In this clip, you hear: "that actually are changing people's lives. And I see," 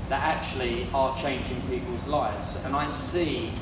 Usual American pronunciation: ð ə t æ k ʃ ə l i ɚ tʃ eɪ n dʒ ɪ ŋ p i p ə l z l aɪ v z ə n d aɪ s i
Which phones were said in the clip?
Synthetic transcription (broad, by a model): ð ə t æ k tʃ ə l i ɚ tʃ eɪ n dʒ ɪ ŋ p i p ə l z l aɪ v z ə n aɪ s i